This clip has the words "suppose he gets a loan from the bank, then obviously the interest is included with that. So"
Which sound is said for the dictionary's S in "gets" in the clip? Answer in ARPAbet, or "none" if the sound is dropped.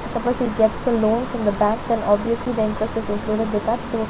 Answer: S